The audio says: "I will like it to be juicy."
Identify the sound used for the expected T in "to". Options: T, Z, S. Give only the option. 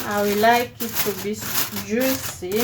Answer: S